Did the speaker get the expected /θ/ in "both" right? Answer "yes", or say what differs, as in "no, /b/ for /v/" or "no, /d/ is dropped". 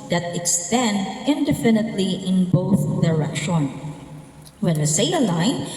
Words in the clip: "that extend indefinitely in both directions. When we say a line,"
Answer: yes